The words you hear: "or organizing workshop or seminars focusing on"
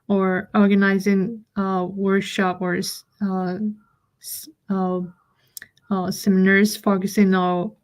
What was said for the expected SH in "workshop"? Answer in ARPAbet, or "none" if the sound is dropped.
SH